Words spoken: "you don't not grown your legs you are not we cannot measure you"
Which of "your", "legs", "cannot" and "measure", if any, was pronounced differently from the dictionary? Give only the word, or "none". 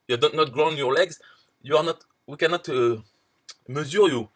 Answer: measure